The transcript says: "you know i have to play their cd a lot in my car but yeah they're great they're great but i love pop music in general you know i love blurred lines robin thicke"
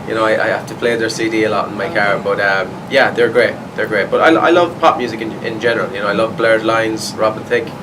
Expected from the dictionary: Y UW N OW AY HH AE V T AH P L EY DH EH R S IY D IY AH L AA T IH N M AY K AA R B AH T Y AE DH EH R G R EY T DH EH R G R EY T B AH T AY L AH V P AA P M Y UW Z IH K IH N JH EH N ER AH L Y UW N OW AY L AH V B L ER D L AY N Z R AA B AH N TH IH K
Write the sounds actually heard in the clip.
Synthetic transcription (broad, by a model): Y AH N OW AY HH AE F T AH P L EY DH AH R S IY D IY AH L AA T IH N M AY K AA R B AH T Y AE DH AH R G R EY T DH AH R G R EY T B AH T AY L AH V P AA P M Y UW Z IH K IH N JH EH N ER AH L Y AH N OW AY L AH V B L ER D L AY N Z R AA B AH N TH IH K